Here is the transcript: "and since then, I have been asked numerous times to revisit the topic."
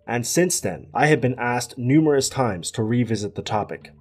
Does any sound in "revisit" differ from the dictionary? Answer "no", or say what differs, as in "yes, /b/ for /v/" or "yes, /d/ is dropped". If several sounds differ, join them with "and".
no